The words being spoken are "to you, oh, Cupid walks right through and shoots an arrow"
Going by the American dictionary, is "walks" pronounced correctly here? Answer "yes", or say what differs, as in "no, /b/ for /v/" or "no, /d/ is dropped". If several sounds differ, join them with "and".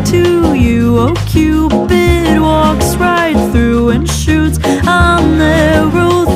yes